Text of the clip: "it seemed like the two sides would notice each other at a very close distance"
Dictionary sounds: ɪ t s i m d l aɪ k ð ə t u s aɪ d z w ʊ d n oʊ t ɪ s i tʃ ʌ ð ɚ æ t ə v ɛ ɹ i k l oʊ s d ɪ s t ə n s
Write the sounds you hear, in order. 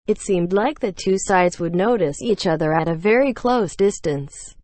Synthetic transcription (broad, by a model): ɪ t s i m d l aɪ k ð ə t u s aɪ d z w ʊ d n oʊ t ɪ s i tʃ ʌ ð ɚ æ t ə v ɛ ɹ i k l oʊ s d ɪ s t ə n s